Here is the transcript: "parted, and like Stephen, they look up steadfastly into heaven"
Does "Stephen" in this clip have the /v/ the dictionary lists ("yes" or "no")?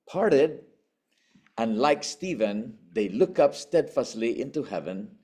yes